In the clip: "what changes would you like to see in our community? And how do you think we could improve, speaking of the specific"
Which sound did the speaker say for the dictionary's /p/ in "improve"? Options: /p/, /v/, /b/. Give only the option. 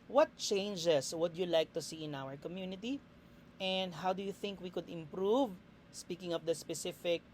/p/